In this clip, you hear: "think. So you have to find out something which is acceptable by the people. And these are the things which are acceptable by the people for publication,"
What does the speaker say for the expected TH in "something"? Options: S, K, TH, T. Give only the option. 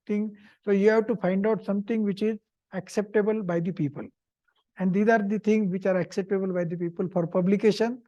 T